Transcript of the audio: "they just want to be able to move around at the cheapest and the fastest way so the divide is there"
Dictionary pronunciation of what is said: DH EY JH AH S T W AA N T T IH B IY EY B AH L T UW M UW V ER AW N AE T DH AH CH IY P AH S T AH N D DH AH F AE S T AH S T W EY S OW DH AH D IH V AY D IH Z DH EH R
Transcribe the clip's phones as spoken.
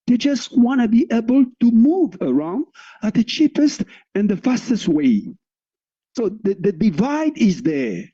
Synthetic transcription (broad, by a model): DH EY JH AH S T W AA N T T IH B IY EY B AH L T UW M UW V ER AW N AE T DH AH CH IY P AH S T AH N DH AH F AE S T AH S T W EY S OW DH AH D IH V AY D IH Z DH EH R